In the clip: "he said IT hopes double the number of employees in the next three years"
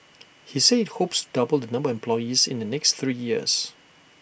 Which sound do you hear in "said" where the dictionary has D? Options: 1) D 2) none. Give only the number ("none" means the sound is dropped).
2